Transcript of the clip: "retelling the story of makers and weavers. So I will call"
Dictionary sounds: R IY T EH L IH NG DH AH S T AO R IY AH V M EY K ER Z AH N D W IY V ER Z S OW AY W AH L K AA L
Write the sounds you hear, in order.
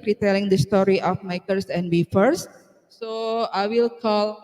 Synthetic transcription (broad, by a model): R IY T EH L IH NG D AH S T AO R IY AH F M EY K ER S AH N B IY F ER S S OW AY W AH L K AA L